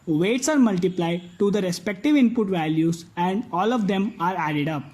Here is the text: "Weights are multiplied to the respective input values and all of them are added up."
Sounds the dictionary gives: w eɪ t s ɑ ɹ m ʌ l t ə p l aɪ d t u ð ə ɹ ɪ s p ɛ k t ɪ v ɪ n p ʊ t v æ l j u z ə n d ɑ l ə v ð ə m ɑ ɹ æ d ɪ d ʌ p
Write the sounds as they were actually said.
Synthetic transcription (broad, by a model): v eɪ t s ɑ ɹ m ʌ l t ə p l aɪ d t u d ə ɹ ɪ s p ɛ k t ɪ v ɪ n p ʊ t v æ l j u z ə n d ɑ l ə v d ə m ɑ ɹ æ d ɪ d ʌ p